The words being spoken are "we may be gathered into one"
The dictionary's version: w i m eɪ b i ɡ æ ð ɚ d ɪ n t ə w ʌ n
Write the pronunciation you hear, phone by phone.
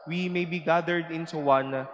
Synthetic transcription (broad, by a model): w i m eɪ b i ɡ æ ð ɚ d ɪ n s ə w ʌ n